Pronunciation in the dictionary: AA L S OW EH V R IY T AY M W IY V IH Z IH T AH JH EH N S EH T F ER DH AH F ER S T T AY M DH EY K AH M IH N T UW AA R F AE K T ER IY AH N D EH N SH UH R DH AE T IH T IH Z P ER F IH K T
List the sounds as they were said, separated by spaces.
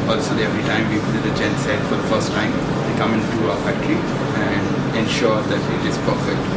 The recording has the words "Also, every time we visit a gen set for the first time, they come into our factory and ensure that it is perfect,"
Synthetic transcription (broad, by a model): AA L S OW EH V R IY T AY M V IY P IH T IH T AH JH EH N S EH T F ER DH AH F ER S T T AY M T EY K AH M IH N T UW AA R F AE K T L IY AH N D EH N SH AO R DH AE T IH T IH Z P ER F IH K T